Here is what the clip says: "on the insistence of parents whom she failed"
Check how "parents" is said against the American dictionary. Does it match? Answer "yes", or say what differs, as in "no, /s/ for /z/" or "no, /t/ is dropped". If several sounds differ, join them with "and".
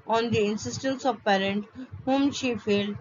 no, /s/ is dropped